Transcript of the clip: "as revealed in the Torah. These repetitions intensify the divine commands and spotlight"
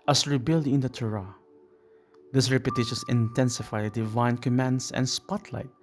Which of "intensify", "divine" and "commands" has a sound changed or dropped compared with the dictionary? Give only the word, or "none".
commands